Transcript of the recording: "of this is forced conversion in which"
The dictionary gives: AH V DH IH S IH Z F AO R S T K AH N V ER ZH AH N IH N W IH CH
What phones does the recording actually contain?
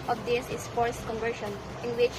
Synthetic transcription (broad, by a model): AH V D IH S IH S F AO R S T K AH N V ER SH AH N IH N W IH CH